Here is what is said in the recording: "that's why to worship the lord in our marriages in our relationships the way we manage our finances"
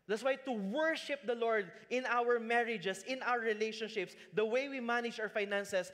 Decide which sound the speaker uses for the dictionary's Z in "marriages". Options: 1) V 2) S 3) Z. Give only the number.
2